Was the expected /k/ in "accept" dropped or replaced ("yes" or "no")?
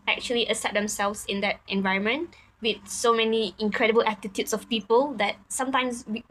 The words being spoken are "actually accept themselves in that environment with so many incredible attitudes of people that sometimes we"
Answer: yes